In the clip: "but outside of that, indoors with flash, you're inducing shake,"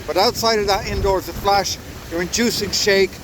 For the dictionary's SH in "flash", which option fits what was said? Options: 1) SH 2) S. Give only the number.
1